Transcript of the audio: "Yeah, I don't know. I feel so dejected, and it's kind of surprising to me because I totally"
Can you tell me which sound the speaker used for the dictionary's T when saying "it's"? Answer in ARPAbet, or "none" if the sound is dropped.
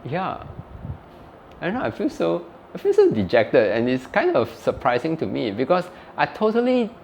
T